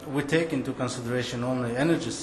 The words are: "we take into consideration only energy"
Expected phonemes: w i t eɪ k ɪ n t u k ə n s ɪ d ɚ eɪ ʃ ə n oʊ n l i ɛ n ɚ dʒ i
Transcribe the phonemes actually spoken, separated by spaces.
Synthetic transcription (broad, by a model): w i t eɪ k ɪ n t u k ə n s ɪ d ɚ eɪ ʃ ə n oʊ n l i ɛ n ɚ dʒ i